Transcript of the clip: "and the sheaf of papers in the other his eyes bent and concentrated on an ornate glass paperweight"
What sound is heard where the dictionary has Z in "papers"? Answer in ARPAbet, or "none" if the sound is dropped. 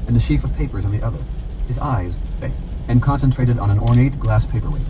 Z